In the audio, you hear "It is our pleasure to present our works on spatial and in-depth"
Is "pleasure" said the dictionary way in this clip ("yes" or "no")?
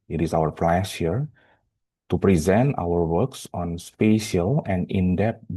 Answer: no